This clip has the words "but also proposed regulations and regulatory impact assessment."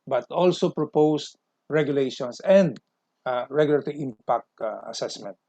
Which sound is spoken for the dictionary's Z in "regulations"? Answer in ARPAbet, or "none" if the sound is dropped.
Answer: S